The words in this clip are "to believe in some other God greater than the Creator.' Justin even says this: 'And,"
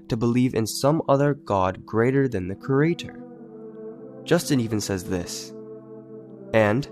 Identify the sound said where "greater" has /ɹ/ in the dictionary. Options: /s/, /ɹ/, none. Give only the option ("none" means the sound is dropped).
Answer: /ɹ/